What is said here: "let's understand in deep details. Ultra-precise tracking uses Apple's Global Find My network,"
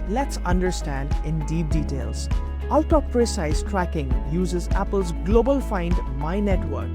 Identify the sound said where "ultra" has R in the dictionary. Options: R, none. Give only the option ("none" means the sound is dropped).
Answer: none